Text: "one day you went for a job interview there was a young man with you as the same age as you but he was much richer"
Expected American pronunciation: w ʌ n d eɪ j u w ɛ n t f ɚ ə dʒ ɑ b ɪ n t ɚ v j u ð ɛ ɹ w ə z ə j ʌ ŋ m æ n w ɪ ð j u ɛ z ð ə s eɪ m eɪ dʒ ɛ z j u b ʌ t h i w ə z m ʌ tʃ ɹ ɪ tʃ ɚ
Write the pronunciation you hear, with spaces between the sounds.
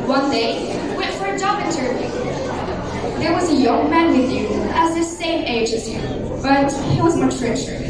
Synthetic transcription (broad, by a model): w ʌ n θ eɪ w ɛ t f ɚ ə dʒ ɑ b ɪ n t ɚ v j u ð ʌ ɹ w ə z ə j ʌ ŋ m æ n w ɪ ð j u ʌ z ð ə s eɪ m eɪ dʒ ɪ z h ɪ b ʌ t h i w ə z m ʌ tʃ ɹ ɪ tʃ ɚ